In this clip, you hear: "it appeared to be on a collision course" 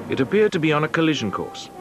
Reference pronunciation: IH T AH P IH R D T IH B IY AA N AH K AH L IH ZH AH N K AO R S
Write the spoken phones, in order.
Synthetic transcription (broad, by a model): IH T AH P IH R D T IH B IY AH N AH K AH L IH ZH AH N K AO R S